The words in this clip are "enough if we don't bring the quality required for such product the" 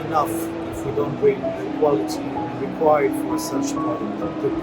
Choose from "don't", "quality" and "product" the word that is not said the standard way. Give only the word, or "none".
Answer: product